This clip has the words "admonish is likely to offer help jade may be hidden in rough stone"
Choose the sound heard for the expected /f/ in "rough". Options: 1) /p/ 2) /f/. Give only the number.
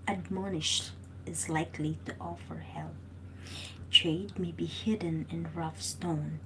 2